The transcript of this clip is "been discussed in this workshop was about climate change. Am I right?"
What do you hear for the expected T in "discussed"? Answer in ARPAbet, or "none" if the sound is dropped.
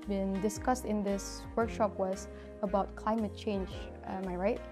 T